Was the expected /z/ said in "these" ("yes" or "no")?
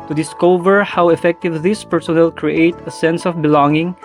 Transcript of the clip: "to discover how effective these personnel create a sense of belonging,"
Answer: no